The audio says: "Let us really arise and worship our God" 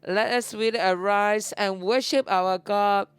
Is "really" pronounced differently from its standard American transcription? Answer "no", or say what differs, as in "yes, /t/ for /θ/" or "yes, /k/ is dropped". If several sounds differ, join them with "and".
yes, /w/ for /ɹ/